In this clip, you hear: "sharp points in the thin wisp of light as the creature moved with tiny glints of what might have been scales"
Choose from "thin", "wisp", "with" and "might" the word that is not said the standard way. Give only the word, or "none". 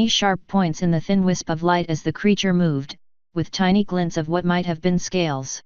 none